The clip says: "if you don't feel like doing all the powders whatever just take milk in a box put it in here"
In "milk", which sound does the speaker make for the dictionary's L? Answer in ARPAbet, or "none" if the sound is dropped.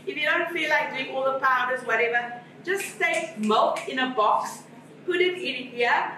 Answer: L